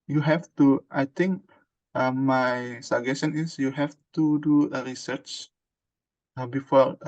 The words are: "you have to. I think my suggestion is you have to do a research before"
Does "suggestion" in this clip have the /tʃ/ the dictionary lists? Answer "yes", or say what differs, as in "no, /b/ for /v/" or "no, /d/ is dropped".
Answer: no, /tʃ/ is dropped